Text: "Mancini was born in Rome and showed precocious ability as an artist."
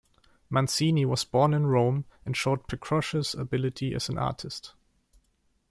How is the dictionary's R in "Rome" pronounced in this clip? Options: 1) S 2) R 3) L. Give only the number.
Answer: 2